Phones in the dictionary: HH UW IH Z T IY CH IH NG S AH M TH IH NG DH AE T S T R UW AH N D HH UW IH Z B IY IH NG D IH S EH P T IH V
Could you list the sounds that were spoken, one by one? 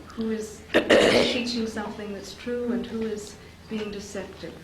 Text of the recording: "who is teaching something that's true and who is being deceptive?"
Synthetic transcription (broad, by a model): HH UW IH Z T IY CH IH NG S AH M TH IH NG DH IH T S T R UW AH N HH UW IH Z B IY IH NG D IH S EH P T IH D